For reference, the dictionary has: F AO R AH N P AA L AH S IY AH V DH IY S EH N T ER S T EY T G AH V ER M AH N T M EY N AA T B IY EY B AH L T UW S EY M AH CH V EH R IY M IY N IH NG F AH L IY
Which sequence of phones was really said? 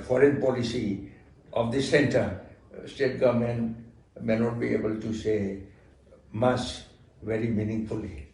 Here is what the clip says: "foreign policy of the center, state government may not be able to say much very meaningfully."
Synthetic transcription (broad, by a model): F AO R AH N P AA L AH S IY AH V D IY S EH N T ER S T EY T G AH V M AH N M EY N AA T B IY EY B AH L T UW S EY M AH S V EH R IY M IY N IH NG F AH L IY